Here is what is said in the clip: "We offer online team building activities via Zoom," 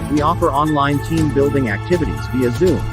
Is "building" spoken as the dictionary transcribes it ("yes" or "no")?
yes